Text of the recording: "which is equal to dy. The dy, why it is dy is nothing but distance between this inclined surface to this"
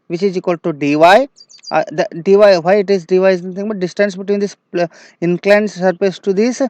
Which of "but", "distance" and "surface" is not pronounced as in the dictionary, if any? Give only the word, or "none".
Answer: surface